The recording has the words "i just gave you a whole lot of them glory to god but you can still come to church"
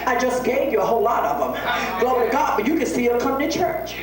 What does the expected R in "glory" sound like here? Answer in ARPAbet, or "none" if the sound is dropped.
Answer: none